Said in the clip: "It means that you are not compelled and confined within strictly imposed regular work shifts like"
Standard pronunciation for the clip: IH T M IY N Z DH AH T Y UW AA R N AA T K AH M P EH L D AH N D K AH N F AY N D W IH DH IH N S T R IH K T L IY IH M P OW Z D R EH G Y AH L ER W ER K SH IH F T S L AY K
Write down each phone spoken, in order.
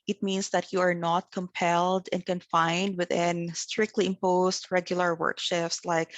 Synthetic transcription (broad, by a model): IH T M IY N S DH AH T Y UW AA R N AA T K AH M P EH L D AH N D K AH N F AY N D W IH DH IH N S T R IH K T L IY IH M P OW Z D R EH G Y AH L ER W ER K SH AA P S L AY K